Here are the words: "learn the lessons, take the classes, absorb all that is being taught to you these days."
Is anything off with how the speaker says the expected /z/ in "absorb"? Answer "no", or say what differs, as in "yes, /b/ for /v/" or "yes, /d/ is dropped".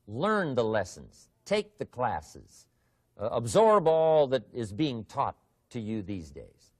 no